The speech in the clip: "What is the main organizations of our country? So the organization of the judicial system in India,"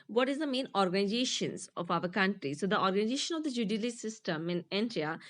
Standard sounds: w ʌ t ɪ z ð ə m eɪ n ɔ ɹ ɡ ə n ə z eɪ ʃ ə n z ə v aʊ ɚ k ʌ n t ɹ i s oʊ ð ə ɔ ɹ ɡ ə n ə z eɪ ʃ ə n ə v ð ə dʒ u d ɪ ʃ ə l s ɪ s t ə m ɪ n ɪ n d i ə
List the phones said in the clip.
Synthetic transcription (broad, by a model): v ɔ t ɪ z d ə m eɪ n ɔ ɹ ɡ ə n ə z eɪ ʃ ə n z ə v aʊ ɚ k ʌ n t ɹ i s oʊ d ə ɔ ɹ ɡ ə n ə z eɪ ʃ ə n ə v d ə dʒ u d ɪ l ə s ɪ s t ə m ɪ n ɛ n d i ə